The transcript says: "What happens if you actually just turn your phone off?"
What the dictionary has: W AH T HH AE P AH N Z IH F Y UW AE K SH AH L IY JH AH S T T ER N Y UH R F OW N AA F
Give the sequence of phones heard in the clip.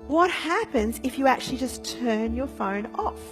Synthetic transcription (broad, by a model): W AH T HH AE P AH N Z IH F Y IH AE K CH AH L IY JH AH S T T ER N Y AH R F OW N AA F